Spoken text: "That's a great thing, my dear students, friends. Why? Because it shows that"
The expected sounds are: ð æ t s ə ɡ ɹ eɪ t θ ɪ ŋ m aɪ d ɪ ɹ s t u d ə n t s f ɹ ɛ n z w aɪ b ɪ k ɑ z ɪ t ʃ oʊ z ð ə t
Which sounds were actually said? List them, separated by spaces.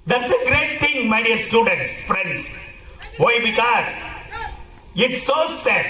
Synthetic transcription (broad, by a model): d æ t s ə ɡ ɹ eɪ t t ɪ ŋ m aɪ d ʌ ɹ s t u d ə n t s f ɹ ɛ n s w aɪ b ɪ k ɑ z ɪ t s oʊ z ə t